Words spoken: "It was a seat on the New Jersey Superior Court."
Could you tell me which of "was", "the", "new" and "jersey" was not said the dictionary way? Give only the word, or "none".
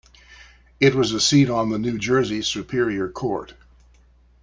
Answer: none